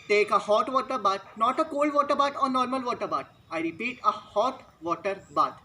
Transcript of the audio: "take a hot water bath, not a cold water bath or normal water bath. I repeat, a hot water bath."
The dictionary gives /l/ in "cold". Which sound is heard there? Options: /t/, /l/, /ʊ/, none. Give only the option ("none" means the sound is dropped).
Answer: /l/